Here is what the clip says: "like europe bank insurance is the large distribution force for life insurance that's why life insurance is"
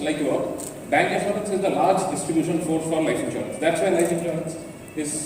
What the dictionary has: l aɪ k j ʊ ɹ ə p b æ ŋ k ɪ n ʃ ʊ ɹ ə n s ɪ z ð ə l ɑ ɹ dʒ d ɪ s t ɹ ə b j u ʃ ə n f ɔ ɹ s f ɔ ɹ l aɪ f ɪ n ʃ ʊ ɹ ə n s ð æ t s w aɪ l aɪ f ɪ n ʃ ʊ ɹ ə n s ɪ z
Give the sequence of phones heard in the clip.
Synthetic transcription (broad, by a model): l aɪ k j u ə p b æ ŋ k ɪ ʃ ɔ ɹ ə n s ɪ z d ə l ɑ ɹ dʒ d ɪ s t ɹ ə b j u ʃ ə n f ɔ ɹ f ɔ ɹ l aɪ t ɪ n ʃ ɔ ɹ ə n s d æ t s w aɪ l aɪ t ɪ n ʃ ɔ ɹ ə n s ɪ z